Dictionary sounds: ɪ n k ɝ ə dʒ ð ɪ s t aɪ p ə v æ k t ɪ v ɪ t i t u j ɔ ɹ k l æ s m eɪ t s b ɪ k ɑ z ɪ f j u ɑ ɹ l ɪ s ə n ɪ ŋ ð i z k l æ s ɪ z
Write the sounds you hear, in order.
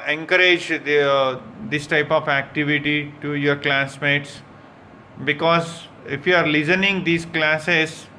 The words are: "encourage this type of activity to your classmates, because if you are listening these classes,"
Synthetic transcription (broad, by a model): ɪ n k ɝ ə dʒ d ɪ s t aɪ p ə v æ k t ɪ v ɪ t i t u j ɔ ɹ k l æ s m eɪ t s b ɪ k ɑ z ɪ f j u ɑ ɹ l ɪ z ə n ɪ ŋ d i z k l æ s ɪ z